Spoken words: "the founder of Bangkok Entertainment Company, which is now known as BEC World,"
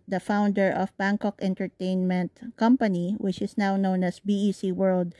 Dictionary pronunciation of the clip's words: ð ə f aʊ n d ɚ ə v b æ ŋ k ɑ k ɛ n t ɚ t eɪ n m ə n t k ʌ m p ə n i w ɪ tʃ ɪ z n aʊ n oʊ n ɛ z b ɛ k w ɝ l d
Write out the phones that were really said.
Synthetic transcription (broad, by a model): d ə f aʊ n d ɚ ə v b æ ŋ k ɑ k ɛ n t ɚ t eɪ n m ə n t k ʌ m p ə n i w ɪ tʃ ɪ s n aʊ n oʊ n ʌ s b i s w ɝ l d